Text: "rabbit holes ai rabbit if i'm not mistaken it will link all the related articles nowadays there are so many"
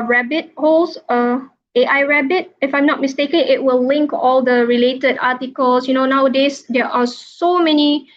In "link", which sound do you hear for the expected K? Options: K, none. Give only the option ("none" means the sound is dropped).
K